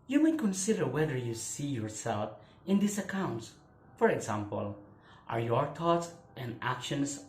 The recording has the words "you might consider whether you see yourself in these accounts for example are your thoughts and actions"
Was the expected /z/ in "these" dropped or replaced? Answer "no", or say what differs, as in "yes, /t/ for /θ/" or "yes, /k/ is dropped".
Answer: yes, /s/ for /z/